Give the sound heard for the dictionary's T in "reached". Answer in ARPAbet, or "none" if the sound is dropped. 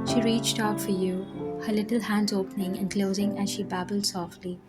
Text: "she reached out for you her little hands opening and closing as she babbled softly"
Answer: T